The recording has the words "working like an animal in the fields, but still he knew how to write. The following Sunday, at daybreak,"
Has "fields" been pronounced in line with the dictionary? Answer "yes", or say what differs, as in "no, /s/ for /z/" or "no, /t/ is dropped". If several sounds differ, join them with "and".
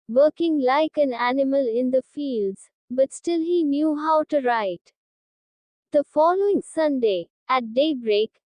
yes